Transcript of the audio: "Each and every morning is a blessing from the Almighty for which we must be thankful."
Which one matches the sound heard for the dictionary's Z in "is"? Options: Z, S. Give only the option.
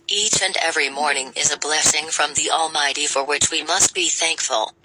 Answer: Z